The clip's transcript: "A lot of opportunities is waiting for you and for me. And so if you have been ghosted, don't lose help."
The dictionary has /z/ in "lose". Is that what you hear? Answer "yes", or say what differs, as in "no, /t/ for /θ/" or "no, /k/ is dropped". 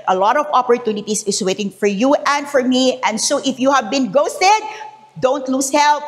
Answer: no, /s/ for /z/